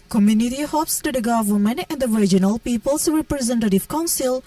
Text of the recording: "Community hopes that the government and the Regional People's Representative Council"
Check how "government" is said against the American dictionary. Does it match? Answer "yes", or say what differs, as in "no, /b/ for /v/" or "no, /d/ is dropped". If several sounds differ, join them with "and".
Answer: no, /t/ is dropped